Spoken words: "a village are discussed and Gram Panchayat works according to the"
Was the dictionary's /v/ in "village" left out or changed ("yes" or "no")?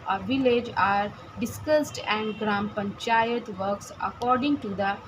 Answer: no